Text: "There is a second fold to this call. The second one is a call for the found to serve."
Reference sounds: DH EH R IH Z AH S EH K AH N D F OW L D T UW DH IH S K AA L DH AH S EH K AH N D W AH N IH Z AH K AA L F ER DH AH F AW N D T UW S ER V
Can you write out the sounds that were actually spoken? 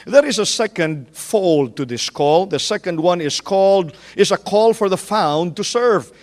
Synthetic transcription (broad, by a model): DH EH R IH Z AH S EH K AH N D F OW L D T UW DH IH S K AA L DH AH S EH K AH N D W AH N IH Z AH K AA L F ER DH AH F AW N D T UW S ER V